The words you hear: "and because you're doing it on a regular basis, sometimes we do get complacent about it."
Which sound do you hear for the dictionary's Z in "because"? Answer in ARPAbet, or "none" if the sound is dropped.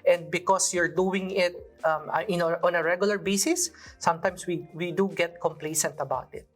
S